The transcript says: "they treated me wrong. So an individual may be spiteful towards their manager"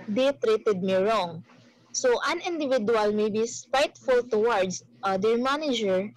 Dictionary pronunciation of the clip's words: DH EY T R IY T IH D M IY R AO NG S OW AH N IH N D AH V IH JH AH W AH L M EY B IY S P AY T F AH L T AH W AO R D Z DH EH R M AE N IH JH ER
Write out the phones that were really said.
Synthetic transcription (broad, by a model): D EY T R IY T IH D M IY R AO NG S OW AH N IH N D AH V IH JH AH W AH L M EY B IY S P AY T F AH L T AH W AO R D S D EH R M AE N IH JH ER